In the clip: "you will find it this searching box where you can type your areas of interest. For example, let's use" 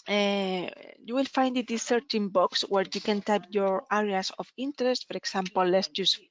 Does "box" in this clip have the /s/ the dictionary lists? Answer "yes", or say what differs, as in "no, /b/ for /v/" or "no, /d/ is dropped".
yes